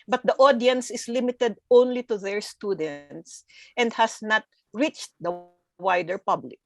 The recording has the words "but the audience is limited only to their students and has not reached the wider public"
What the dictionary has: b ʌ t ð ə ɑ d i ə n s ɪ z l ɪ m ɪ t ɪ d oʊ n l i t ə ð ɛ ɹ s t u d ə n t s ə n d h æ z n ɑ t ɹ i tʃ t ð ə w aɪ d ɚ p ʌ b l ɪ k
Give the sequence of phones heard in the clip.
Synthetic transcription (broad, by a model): b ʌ t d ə ɑ d i ə n s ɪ s l ɪ m ɪ t ɪ d oʊ n l i t ə ð ɛ ɹ s t u d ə n t s ə n d h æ s n ɑ t ɹ i tʃ t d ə w aɪ d ɚ p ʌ b l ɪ k